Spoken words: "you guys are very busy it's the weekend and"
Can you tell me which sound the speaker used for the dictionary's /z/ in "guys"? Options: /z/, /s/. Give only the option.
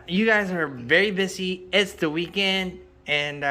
/z/